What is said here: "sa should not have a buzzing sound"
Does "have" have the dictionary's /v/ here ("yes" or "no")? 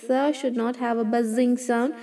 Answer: yes